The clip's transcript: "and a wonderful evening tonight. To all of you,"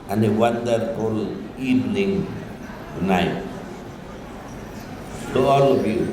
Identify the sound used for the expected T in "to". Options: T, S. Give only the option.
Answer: S